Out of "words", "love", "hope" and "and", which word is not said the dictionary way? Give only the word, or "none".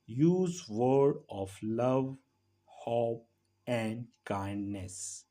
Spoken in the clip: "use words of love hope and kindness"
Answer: words